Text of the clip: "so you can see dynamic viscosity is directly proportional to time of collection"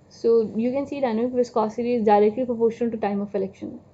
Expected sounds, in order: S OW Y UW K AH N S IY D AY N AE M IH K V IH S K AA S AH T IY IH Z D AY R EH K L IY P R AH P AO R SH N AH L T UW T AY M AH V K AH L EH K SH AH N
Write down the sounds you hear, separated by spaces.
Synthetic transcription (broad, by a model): S OW Y UW K AH N S IY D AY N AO IH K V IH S K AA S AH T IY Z D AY R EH K L IY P R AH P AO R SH AH N T UW T AY M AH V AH L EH K SH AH N